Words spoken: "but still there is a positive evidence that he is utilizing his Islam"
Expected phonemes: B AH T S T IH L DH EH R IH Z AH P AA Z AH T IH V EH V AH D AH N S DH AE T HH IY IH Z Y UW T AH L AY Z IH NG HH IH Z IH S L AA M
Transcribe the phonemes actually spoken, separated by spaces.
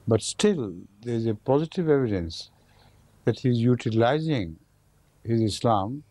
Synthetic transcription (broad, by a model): B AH T S T IH L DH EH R IH Z AH P AA Z AH T IH V EH V AH D AH N S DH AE T HH IY IH Z Y UW T AH L AY Z IH NG HH IH Z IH S L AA M